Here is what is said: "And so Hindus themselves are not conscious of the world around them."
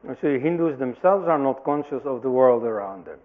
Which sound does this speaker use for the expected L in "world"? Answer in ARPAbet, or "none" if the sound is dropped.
L